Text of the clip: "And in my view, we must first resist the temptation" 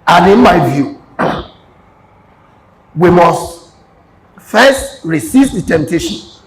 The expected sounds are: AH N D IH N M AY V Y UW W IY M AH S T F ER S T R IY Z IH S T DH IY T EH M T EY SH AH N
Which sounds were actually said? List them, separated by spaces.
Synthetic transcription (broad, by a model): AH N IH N M AY V Y UW W IY M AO S T F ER S T R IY S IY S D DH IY T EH M T EY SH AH N